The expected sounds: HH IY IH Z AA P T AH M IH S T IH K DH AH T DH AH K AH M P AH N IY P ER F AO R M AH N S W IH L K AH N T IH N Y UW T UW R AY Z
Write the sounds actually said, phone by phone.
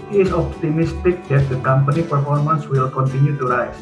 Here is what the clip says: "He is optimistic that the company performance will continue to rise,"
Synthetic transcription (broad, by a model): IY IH S AA P T AH M IH S T IH K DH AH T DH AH K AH M P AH N IY P ER F AO R M AH N S W IH L K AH N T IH N Y UW T UW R AY